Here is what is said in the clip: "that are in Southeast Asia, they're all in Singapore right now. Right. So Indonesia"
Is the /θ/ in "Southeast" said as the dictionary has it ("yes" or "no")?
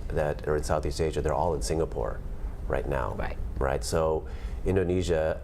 yes